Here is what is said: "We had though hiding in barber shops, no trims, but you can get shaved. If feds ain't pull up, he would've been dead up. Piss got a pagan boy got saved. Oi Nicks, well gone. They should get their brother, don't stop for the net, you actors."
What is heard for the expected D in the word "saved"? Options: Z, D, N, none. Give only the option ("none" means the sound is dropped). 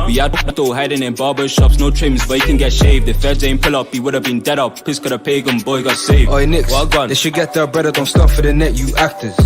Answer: none